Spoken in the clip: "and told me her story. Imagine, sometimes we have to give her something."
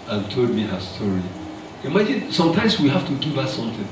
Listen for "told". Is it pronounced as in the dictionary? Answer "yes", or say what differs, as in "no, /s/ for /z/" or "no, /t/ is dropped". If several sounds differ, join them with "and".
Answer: yes